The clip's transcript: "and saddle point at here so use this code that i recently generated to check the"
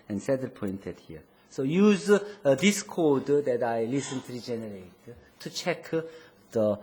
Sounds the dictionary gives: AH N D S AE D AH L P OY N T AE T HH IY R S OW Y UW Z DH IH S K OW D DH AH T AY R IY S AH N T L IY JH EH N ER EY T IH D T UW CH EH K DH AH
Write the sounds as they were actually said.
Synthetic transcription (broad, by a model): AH N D S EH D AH P OY N T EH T HH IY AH S OW Y UW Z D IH S K OW D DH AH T AY L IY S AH N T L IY JH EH N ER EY T T UW CH EH K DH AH